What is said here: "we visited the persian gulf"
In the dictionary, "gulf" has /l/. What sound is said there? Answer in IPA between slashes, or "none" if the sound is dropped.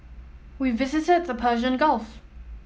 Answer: /l/